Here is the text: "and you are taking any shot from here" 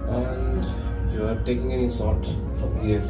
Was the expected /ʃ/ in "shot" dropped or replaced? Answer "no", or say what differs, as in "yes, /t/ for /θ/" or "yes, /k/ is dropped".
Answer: yes, /s/ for /ʃ/